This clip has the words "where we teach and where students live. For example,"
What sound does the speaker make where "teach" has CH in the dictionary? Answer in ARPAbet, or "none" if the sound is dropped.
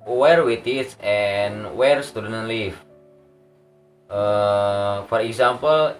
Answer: S